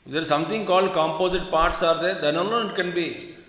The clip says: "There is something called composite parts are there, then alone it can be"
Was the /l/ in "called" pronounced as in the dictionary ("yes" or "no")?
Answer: yes